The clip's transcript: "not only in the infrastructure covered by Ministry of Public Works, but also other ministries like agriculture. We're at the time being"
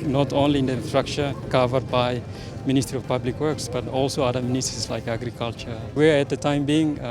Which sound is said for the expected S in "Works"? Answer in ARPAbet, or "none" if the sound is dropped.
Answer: S